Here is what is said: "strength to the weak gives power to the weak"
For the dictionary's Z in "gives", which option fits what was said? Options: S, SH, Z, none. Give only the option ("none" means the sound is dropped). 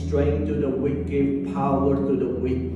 none